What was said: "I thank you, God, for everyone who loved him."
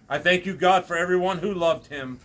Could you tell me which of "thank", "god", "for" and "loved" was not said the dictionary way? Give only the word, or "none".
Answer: none